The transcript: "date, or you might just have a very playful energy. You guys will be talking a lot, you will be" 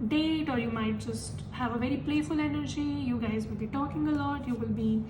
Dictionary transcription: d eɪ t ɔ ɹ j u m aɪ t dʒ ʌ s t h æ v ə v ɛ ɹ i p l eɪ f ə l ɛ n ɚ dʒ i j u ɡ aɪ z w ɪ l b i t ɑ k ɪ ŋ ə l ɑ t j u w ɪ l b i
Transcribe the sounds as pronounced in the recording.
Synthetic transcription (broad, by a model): d eɪ t ɔ ɹ j u m aɪ t dʒ ʌ s t h æ v ə v ɛ ɹ i p l eɪ f ə l ɛ n ɚ dʒ i j u ɡ aɪ z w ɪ l b i t ɑ k ɪ ŋ ə l ɑ t j u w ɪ l b i